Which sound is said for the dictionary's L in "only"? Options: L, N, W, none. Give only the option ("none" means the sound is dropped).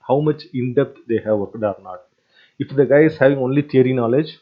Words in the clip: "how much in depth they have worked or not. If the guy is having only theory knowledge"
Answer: L